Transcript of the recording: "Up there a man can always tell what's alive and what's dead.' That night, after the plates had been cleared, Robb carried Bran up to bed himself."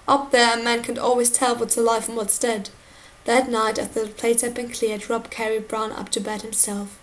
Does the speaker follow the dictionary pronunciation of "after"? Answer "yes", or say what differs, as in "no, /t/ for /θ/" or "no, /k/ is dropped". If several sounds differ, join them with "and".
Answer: no, /f/ is dropped